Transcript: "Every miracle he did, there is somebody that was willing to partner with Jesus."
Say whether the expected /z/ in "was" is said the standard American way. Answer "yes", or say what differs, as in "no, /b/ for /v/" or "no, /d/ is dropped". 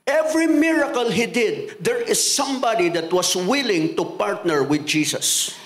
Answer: no, /s/ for /z/